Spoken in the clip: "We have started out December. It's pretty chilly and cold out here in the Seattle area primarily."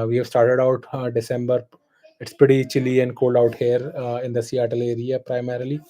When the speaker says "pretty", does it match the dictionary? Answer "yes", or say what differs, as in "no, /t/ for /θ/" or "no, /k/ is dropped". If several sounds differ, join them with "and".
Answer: no, /ɹ/ is dropped